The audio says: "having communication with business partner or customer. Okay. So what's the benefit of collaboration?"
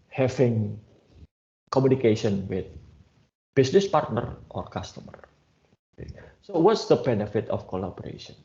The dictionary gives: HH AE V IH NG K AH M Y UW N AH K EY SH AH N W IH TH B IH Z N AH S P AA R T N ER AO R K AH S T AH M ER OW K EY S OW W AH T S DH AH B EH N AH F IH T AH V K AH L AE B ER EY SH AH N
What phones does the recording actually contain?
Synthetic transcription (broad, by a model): HH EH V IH NG K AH M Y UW N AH K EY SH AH N W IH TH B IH S N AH S P AA R T N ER AO R K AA S T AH M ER OW K EY S OW W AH T S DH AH B EH N AH F IH T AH F K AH L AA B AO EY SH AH N